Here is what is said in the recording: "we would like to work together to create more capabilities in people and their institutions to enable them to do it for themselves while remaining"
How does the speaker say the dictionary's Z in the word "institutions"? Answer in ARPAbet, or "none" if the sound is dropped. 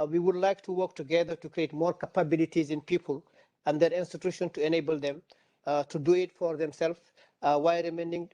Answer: none